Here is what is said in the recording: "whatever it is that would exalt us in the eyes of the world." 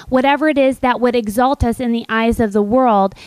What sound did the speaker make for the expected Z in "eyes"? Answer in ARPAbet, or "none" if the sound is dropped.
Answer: Z